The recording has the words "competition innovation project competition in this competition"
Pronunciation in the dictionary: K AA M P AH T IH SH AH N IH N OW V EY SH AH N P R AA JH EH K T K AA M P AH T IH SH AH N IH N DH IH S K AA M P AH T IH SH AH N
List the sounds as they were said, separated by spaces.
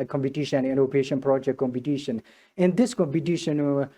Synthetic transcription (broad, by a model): K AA M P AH T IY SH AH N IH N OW P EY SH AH N P R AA JH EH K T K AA M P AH T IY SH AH N IH N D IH S K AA M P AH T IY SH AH N